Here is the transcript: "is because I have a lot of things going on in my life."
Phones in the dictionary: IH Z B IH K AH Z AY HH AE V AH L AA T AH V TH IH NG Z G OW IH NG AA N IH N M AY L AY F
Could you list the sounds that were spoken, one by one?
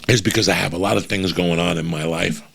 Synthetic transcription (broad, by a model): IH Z B IH K AH Z AY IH V AH L AA T AH V TH IH NG Z G OW IH NG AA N IH N M AY L AY F